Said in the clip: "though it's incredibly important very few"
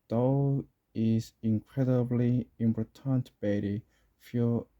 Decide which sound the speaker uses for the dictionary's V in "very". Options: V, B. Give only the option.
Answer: B